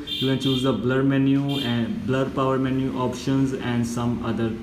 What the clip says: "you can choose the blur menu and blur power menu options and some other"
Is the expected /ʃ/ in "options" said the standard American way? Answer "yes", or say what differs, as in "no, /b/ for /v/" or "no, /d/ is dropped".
yes